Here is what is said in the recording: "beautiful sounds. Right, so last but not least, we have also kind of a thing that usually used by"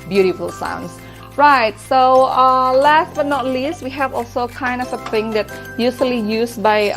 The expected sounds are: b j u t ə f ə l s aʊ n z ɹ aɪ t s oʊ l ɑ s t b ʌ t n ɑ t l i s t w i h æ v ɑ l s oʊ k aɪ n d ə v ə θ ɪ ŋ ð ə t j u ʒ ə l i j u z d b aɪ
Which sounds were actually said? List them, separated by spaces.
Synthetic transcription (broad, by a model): b j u t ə f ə l s aʊ n s ɹ aɪ t s oʊ l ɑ s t b ʌ t n ɑ t l i s t w i h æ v ɑ l s oʊ k aɪ n d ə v ə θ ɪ ŋ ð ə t j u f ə l i j u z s b aɪ